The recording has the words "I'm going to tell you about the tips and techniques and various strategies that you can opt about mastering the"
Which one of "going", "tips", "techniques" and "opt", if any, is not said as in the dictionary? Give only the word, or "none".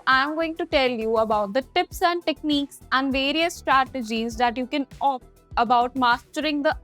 opt